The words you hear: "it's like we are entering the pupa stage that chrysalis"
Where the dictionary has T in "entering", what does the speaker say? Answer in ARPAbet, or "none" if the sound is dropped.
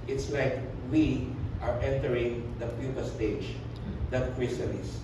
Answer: T